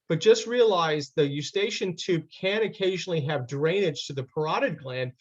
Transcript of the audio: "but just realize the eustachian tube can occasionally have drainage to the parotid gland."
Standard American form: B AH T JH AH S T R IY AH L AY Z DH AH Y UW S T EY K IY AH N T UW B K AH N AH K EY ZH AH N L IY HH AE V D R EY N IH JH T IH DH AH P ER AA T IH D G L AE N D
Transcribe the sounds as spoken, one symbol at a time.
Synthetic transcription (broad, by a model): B AH T JH AH S T R IY AH L AY Z DH AH Y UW S T EY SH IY N T UW B K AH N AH K EY ZH N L IY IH V D R EY N IH JH T IH DH AH P ER AA T IH D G L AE N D